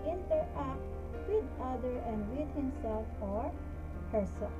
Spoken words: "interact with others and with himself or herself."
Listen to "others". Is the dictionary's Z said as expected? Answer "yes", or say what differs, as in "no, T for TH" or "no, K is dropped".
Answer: no, Z is dropped